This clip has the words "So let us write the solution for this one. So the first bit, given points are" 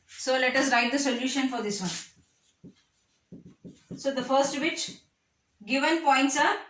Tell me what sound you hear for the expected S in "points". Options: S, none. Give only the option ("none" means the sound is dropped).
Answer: S